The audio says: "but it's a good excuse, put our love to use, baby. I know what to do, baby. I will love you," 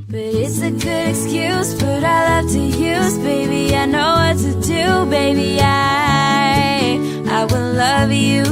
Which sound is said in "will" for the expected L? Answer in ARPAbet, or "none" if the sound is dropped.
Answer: W